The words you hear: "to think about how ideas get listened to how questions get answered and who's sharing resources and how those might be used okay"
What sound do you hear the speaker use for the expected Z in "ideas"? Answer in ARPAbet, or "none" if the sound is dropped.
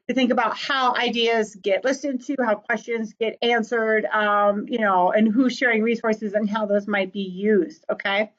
Z